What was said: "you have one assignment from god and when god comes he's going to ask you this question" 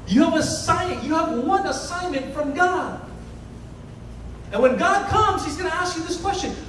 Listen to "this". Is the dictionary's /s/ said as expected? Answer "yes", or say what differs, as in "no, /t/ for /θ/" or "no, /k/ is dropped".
yes